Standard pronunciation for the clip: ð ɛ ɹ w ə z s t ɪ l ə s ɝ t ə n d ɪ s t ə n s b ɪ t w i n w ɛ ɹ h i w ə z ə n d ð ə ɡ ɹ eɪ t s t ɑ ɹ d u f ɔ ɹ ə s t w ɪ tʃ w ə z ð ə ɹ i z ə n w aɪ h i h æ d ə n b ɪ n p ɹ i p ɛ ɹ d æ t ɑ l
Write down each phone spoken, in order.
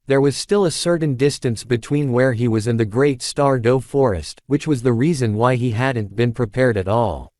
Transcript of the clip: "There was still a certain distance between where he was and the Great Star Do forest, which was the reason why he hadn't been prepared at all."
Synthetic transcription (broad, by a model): ð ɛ ɹ w ə z s t ɪ l ə s ɝ t n d ɪ s t ə n s b ɪ t w i n w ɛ ɹ i w ə z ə n ð ə ɡ ɹ eɪ t s t ɑ ɹ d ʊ f ɔ ɹ ə s t w ɪ tʃ w ə z ð ə ɹ i z ə n w aɪ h i h æ d n b ɪ n p ɹ i p ɛ ɹ d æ t ɑ l